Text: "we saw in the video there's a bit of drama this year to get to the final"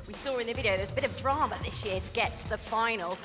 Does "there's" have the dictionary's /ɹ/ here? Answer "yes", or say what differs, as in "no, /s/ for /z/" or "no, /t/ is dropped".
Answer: no, /w/ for /ɹ/